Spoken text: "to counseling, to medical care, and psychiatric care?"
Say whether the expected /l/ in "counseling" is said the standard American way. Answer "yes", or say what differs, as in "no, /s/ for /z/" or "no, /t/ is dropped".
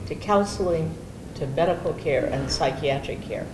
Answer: yes